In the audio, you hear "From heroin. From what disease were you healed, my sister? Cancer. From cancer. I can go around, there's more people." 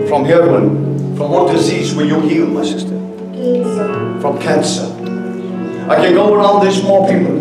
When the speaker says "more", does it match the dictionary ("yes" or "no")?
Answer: yes